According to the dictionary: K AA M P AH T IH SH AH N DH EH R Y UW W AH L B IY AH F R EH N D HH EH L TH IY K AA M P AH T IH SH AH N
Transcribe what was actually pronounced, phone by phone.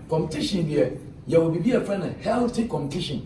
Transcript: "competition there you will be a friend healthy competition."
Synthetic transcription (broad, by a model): K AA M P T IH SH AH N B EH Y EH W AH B B IY AH F R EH N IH HH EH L T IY K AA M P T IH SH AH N